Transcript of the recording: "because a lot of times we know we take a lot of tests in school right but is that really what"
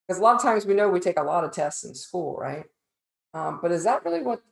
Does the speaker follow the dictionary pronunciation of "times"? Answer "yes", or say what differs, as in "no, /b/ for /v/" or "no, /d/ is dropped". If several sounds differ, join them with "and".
yes